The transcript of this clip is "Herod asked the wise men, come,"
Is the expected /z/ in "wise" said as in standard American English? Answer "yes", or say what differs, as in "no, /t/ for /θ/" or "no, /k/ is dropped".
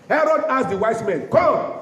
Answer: no, /s/ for /z/